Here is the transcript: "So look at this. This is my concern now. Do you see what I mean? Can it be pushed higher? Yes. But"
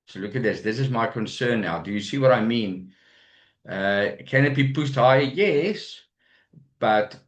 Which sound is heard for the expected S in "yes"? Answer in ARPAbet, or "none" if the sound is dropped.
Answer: S